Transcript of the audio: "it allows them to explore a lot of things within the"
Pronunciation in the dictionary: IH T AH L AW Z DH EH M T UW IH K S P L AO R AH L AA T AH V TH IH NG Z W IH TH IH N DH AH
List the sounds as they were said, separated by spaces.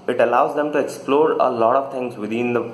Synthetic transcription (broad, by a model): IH T AH L AW Z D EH M T UW IH K S P L AO R AH L AA T AH V T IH NG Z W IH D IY N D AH